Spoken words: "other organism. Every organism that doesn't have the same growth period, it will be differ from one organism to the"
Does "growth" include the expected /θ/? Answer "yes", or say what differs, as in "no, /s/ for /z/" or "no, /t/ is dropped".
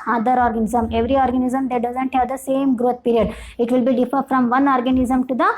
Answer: no, /t/ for /θ/